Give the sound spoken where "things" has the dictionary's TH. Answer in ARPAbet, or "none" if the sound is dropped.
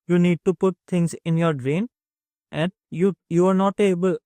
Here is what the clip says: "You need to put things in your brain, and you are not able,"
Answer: T